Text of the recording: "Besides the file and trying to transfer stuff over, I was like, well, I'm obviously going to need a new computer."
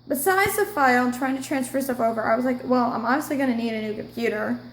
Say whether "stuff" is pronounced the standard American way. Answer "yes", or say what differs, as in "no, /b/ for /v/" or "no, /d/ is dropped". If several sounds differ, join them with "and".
no, /p/ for /f/